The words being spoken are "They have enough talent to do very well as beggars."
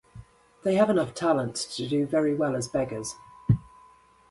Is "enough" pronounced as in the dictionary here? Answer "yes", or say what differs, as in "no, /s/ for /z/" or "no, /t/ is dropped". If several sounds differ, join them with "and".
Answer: yes